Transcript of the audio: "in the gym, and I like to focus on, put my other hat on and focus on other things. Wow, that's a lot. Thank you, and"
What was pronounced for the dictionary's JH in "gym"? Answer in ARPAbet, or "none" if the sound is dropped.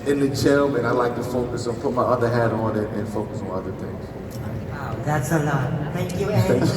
CH